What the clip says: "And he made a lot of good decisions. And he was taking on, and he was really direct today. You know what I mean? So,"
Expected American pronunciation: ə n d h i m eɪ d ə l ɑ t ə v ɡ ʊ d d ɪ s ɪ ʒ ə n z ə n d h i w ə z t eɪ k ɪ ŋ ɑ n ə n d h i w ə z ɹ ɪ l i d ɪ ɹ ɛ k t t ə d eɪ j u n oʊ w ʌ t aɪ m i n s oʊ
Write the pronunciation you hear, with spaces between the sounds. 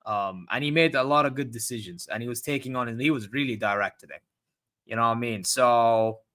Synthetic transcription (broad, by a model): ə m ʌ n i m eɪ d ə l ɑ t ə v ɡ ʊ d d ɪ s ɪ ʒ ə n z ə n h i w ə z t eɪ k ɪ ŋ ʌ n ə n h i w ə z ɹ ɪ l i d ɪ ɹ ɛ k t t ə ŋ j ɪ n oʊ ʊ aɪ m i n s oʊ